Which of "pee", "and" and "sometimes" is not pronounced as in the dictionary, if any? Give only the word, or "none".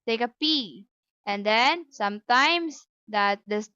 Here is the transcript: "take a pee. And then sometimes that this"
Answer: sometimes